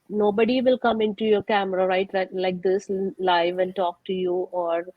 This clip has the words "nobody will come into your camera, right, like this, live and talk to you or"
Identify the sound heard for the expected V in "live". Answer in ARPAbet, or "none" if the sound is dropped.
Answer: V